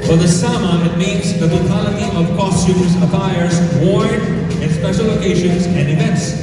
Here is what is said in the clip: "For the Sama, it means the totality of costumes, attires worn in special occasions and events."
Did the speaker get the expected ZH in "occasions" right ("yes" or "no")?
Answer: no